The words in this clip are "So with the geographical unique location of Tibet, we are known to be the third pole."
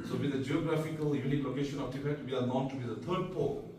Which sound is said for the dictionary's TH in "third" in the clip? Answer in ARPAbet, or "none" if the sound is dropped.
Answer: T